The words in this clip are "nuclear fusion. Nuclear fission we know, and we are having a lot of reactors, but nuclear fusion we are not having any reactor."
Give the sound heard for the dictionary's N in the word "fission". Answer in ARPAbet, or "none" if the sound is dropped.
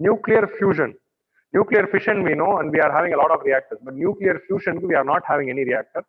N